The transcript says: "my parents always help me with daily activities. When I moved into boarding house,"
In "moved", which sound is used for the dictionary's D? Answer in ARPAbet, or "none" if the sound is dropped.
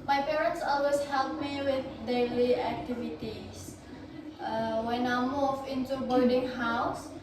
none